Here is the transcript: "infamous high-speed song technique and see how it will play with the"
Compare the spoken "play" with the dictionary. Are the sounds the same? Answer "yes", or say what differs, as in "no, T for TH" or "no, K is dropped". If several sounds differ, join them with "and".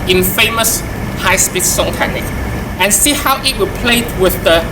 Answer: yes